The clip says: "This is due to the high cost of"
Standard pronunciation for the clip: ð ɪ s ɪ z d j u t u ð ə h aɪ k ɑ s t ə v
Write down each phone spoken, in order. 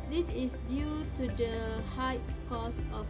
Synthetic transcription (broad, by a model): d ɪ s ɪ s d j u t u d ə h aɪ k ɑ s ə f